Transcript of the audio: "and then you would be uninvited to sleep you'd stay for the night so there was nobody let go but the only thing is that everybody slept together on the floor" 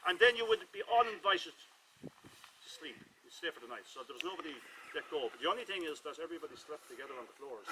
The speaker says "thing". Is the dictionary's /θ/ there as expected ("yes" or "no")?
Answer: yes